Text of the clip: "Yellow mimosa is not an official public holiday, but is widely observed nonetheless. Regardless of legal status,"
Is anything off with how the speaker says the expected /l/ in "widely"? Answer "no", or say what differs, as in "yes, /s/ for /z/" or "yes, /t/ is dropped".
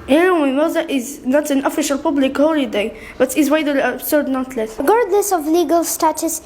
yes, /l/ is dropped